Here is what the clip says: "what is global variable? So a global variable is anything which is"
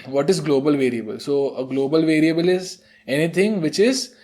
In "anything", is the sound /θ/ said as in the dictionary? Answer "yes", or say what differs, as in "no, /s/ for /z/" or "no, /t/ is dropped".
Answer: no, /t/ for /θ/